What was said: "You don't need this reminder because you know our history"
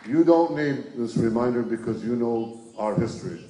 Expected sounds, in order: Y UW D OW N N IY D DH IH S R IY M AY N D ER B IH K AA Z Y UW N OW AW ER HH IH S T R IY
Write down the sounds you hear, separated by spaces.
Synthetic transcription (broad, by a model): Y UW D OW N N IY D DH IH S R IY M AY N D ER B IH K AA Z Y UW N OW AW ER HH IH S T R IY